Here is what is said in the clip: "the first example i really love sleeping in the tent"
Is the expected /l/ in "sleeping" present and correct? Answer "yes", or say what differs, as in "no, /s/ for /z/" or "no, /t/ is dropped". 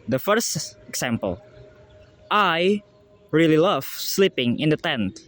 yes